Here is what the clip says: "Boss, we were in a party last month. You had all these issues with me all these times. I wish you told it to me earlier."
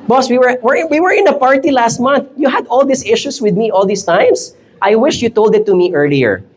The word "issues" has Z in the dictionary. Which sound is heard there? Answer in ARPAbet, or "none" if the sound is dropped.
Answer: S